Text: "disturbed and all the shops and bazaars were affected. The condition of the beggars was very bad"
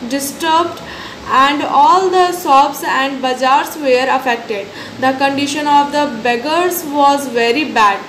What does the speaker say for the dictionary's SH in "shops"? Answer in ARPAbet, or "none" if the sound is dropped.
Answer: S